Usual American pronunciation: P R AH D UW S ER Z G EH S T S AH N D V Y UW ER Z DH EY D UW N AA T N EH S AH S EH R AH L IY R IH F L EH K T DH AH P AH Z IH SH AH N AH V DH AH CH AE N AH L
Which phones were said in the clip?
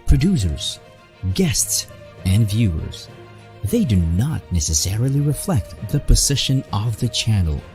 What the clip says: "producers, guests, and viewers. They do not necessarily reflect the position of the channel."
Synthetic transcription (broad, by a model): P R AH D UW S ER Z G EH S T S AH N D V Y UW ER Z DH EY D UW N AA T N EH S AH S EH R AH L IY R IH F L EH K T DH AH P AH Z IH SH AH N AH V DH AH CH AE N L